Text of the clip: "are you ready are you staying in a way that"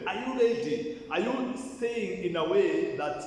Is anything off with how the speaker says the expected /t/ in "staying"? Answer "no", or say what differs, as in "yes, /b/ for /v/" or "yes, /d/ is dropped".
yes, /s/ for /t/